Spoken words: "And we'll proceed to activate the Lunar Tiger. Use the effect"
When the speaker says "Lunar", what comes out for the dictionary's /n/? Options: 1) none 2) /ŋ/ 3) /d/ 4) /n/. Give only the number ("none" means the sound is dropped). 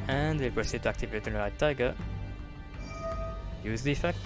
1